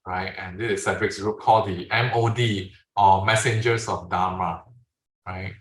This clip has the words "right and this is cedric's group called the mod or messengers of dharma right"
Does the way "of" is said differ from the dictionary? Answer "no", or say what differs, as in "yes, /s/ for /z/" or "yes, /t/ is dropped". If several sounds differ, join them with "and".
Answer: yes, /f/ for /v/